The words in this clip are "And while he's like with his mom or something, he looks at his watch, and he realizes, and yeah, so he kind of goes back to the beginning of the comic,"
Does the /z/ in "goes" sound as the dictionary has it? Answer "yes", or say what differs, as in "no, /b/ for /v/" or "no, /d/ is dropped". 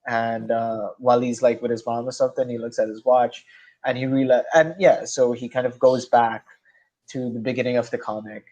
yes